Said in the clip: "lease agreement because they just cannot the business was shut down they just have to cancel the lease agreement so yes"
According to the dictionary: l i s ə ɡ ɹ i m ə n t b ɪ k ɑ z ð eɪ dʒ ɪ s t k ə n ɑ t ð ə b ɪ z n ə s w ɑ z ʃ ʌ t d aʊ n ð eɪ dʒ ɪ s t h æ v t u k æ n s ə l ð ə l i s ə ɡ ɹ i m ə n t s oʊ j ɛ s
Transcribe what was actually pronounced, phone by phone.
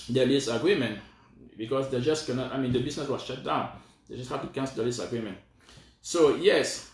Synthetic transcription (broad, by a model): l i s ə ɡ ɹ i m ə n t b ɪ k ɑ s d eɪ dʒ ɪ s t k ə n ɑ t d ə b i s n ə s w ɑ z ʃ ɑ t d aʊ n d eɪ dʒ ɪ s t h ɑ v t u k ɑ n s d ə l i s ə ɡ ɹ i m ə n t s oʊ j ɛ s